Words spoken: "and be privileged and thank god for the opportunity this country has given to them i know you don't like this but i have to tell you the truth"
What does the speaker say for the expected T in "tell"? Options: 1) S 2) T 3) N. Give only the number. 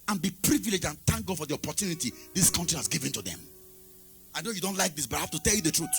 2